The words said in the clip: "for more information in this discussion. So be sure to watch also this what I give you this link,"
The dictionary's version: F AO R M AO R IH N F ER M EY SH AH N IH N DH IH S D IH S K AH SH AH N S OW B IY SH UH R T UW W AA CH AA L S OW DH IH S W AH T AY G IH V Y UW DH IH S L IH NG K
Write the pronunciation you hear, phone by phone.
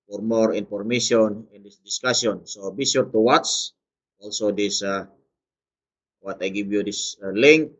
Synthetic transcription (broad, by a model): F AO R M AO R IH N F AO M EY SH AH N IH N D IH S D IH S K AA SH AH N S OW B IY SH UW R T UW W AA S AA L S OW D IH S W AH T AY G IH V Y UW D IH S L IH NG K